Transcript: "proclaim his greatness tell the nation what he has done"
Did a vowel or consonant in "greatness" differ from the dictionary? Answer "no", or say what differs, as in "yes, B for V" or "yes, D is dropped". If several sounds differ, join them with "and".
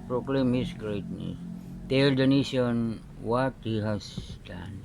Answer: yes, S is dropped